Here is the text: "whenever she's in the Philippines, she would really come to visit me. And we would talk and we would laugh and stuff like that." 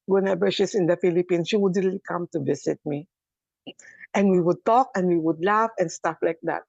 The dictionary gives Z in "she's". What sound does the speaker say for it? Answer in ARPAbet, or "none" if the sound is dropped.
S